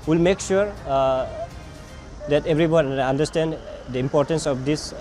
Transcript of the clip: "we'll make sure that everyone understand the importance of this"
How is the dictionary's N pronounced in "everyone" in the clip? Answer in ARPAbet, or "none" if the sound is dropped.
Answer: none